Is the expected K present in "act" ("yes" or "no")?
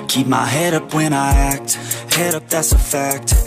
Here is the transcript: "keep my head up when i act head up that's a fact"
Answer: yes